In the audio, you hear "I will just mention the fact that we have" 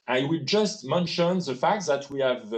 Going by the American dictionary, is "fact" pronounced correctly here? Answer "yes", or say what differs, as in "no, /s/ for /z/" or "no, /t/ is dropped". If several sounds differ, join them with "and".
yes